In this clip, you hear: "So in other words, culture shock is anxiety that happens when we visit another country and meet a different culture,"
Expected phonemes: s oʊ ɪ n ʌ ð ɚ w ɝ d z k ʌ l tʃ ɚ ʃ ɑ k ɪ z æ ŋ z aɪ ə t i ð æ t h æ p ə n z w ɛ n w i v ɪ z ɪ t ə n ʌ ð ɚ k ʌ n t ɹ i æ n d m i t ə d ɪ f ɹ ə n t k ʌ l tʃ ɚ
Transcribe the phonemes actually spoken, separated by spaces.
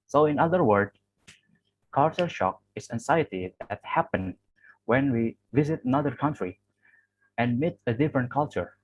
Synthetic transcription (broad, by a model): s oʊ ɪ n ʌ ð ɚ w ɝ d k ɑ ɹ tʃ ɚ ʃ ɑ k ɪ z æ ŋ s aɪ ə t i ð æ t h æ p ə n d w ɛ n w i v ɪ z ɪ t ə n ʌ ð ɚ k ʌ n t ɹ i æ n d m i t ə d ɪ f ɹ ə n t k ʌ l tʃ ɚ